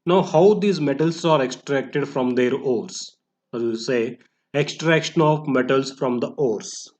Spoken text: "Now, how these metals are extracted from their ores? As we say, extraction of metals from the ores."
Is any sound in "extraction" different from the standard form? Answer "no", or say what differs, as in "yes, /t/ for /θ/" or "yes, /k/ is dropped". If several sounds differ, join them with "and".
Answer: no